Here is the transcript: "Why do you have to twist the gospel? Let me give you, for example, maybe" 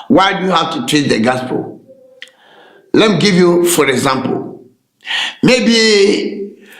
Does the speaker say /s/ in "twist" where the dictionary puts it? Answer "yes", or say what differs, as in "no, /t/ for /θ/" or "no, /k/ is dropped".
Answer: no, /s/ is dropped